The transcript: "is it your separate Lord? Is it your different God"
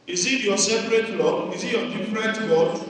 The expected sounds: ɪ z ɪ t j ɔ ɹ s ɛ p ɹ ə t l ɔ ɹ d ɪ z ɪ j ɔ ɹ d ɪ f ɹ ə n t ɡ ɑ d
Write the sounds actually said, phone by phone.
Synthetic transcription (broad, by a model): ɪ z ɪ t j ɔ s ɛ p ɹ ə t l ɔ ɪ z ɪ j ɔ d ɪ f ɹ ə t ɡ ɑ